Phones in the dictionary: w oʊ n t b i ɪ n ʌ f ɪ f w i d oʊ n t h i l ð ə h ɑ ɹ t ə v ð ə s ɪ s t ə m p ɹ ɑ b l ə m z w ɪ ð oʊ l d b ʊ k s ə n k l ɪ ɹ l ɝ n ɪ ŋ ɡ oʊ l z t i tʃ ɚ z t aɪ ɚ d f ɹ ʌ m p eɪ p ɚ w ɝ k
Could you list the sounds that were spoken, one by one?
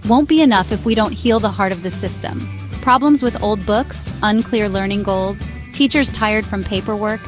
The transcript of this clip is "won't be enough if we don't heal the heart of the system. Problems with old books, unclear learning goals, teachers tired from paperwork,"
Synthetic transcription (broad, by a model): w oʊ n b i ɪ n ʌ f ɪ f w i d oʊ n t h i l ð ə h ɑ ɹ t ə v ð ə s ɪ s t ə m p ɹ ɑ b l ə m z w ɪ ð oʊ l d b ʊ k s ə n k l ɪ ɹ l ɝ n ɪ ŋ ɡ oʊ l z t i tʃ ɚ z t aɪ ɚ d f ɹ ʌ m p eɪ p ɚ w ɝ k